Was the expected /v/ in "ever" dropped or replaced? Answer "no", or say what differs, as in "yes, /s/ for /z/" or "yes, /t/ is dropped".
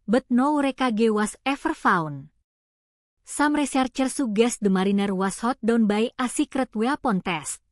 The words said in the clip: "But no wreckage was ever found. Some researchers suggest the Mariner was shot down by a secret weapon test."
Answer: yes, /f/ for /v/